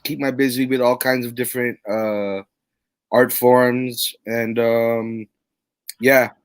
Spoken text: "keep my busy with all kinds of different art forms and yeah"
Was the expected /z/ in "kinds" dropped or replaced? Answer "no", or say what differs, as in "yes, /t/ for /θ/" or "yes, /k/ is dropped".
no